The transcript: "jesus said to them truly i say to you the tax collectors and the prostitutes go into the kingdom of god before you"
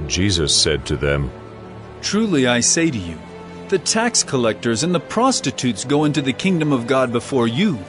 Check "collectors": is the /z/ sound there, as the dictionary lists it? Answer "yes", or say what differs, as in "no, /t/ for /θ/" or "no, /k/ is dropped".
yes